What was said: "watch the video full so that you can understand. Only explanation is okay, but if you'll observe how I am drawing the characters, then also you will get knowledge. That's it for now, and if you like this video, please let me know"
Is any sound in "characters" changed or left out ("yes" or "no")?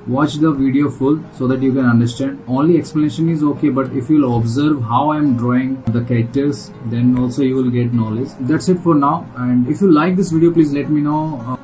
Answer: yes